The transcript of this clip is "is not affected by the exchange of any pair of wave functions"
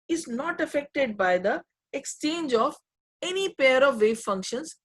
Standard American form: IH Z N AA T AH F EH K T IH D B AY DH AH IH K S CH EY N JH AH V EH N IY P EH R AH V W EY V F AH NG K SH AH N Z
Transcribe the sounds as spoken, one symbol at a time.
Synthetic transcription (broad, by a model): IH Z N AA T AH F EH K T IH D B AY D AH IH K S CH EY N JH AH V EH N IY P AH R AH V EY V F AH NG K SH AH N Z